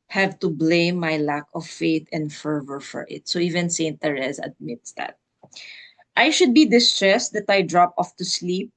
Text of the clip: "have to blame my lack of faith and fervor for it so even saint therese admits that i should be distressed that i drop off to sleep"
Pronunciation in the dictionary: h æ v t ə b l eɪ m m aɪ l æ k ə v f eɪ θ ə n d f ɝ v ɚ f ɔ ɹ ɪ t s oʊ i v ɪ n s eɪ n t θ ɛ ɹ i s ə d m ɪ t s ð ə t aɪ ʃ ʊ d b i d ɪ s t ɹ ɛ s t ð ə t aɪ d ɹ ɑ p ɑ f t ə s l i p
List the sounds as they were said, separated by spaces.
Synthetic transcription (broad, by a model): h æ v t ə b l eɪ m m aɪ l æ k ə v f eɪ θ ə n d f ɝ v ɚ f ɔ ɹ ɪ t s oʊ i v ɪ n s eɪ n t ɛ ɹ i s ə d m ɪ t s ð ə t aɪ ʃ ʊ d b i d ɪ s t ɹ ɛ s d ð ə t aɪ d ɹ ɑ p ɑ f t ə s l i p